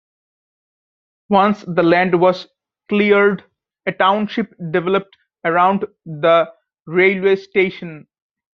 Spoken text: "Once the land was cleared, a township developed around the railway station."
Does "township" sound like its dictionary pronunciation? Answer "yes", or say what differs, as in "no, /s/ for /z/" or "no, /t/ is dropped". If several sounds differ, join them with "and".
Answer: yes